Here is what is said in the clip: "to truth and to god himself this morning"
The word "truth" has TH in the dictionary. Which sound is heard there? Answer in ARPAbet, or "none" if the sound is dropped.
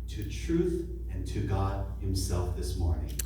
TH